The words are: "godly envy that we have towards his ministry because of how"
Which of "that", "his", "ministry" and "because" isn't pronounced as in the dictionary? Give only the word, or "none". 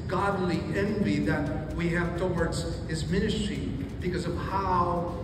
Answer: none